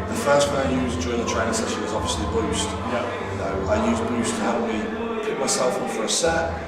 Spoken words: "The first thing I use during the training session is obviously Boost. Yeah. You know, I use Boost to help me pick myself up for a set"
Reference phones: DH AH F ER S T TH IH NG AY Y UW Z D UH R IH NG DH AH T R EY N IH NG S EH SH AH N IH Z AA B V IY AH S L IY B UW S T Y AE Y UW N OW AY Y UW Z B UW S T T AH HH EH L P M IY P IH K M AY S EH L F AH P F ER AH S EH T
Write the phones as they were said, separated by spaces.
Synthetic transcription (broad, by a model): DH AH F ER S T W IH AY Y UW Z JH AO IH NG DH AH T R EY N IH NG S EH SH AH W IH Z AA B V IY AH S L IY B UW S T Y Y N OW AY Y UW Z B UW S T T AH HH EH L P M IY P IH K M AY S EH L F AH F ER AH S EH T